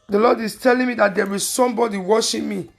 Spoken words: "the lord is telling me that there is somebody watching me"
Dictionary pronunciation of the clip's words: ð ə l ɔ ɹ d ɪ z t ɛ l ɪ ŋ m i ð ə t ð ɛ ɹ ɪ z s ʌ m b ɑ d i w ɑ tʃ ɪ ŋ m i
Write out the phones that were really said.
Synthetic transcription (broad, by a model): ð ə l ɔ d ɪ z t ɛ l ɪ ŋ m i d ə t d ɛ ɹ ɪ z s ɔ m b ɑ d i w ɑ ʃ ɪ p m i